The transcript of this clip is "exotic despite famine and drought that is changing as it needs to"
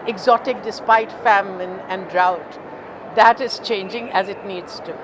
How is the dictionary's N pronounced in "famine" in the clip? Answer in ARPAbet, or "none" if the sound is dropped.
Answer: N